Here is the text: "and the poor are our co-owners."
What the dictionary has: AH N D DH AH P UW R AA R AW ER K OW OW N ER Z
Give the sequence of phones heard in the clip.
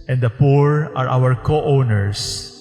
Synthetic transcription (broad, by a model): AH N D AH P UW R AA R AW ER K OW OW N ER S